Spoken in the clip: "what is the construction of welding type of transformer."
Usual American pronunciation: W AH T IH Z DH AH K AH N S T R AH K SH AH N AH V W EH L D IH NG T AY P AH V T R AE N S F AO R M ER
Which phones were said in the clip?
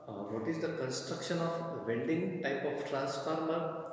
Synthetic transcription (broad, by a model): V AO T IH Z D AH K AH N S T R AH K SH AH N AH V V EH N D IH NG T AY P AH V T R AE N S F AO R M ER